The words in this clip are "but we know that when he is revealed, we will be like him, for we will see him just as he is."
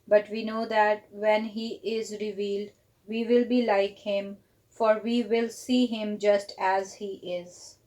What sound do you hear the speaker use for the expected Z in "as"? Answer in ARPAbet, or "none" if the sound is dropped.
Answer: Z